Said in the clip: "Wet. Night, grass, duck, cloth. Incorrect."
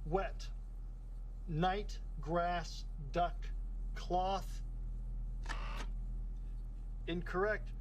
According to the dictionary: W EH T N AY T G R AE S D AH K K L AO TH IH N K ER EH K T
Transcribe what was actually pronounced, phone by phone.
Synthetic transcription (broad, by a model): W EH T N AY T G R AE S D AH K K L AO TH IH N K ER EH K T